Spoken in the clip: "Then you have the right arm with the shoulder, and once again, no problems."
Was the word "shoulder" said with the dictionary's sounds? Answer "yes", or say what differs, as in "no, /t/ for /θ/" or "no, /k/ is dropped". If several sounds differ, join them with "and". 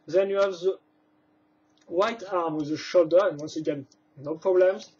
yes